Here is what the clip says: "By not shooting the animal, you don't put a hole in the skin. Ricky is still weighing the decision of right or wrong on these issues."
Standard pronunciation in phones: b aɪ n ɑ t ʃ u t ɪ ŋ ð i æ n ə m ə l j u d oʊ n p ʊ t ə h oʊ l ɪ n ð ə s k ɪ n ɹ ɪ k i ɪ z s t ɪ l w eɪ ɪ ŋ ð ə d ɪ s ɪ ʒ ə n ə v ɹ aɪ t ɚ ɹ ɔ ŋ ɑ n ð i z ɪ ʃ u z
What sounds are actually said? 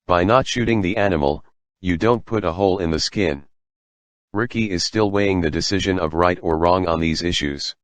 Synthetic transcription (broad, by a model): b aɪ n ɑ t ʃ u t ɪ ŋ ð i æ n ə m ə l j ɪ d oʊ n p ʊ t ə h oʊ l ɪ n ð ə s k ɪ n ɹ ɪ k i ɪ z s t ɪ l w eɪ ɪ ŋ ð ə d ɪ s ɪ ʒ ə n ə v ɹ aɪ t ɚ ɹ ɔ ŋ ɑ n ð i z ɪ ʃ u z